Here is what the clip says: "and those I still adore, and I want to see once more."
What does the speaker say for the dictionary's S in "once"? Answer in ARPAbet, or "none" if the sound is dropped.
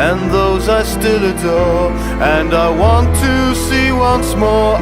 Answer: S